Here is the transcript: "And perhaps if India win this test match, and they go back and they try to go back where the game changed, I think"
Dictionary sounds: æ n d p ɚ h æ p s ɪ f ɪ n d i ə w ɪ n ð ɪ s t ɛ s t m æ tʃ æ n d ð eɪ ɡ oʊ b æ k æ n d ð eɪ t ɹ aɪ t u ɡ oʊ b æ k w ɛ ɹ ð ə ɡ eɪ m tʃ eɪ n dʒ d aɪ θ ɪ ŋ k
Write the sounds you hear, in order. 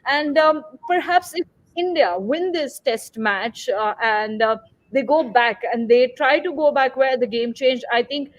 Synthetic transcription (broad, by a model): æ n d p ɚ h æ p s ɪ f ɪ n d i ə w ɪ n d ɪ s t ɛ s t m æ tʃ æ n d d eɪ ɡ oʊ b æ k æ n d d eɪ t ɹ aɪ t u ɡ oʊ b æ k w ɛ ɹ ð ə ɡ eɪ m tʃ eɪ n dʒ aɪ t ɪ ŋ k